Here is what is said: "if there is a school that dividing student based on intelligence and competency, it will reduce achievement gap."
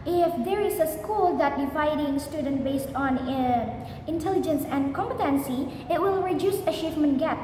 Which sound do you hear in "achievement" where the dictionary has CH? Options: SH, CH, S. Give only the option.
SH